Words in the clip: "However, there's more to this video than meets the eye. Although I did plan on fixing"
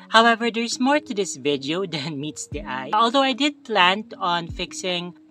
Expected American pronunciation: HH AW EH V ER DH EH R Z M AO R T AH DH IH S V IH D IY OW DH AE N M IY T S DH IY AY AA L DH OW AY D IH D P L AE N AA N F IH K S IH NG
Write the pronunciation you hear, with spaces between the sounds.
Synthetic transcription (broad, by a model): HH AW EH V ER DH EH R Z M AO R T AH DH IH S V IH D IY OW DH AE N M IY T S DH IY AY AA L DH OW AY D IH D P L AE N AA N F IH K S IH NG